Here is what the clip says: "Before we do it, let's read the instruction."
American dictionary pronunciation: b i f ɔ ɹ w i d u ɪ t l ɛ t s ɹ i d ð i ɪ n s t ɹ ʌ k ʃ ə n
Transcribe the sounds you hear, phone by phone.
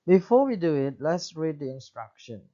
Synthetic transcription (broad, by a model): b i f ɔ w i d u ɪ t l ɛ t s ɹ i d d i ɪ n s t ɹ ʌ k ʃ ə n